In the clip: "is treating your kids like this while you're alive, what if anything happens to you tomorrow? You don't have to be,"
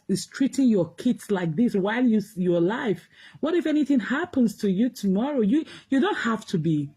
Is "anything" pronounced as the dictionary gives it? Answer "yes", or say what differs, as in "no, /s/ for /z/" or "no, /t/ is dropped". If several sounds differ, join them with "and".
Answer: yes